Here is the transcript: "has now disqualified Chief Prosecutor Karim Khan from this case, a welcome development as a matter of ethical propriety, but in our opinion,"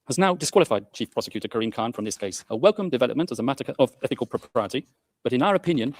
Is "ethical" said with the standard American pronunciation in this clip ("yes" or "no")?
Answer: yes